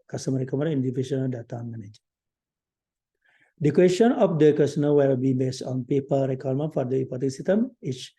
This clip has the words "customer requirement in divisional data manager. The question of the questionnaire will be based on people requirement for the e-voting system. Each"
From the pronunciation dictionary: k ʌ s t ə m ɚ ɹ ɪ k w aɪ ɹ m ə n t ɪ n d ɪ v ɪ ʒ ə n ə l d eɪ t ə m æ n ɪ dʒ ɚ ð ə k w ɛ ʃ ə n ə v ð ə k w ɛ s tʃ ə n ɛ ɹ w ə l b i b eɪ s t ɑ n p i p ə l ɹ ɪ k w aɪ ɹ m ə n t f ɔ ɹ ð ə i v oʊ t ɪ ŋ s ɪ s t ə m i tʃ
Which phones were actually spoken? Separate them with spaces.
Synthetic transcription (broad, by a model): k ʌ s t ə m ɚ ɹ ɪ k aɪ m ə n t ɪ n d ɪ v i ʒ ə n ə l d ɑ t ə m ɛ n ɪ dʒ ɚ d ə k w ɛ s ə n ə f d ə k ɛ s ə n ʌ l w ə l b i b eɪ s t ɑ n p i p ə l ɹ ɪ k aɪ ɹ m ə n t f ɔ ɹ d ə i p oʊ t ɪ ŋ s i s t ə m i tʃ